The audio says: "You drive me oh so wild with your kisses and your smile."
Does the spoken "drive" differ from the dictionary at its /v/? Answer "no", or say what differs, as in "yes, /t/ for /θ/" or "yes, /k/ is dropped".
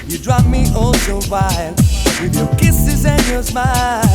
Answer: yes, /p/ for /v/